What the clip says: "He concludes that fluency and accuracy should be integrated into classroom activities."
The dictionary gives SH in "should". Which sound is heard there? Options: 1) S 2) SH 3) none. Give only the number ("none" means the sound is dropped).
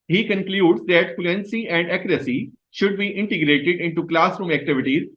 2